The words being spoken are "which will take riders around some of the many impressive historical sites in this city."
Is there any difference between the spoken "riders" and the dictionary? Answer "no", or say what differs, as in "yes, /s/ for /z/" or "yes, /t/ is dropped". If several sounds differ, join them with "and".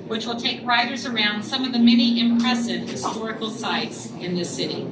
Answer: no